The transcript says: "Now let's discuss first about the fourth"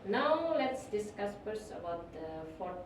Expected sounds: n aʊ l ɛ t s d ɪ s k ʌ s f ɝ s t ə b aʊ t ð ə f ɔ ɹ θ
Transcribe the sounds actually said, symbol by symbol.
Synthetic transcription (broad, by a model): n aʊ l ɛ t s d ɪ s k ʌ s p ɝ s ə b aʊ t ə f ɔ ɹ